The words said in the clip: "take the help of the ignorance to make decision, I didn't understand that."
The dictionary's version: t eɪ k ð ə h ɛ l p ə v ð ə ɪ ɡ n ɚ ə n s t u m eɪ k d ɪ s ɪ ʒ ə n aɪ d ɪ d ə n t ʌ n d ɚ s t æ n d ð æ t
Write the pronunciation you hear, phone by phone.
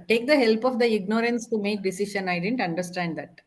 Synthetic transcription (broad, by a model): t eɪ k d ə h ɛ l p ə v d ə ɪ ɡ n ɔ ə n s t u m eɪ k d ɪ s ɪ ʃ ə n aɪ d ɪ d ə n t ʌ n d ɚ s t æ n d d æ t